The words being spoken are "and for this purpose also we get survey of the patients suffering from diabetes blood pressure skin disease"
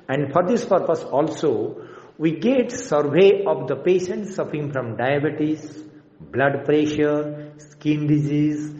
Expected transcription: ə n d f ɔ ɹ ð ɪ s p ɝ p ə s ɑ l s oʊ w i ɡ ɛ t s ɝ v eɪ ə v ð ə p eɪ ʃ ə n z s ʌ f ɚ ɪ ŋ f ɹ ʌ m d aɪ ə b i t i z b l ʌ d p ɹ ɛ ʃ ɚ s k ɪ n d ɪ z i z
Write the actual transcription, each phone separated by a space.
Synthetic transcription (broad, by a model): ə n d f ɔ ɹ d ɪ s p ɝ p ə s ɑ l s oʊ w i ɡ ɛ t s ɝ v eɪ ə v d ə p eɪ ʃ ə n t s ʌ f ɚ ɪ ŋ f ɹ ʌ m d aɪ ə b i t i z b l ʌ d p ɹ ɛ ʃ ɚ s k ɪ n d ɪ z i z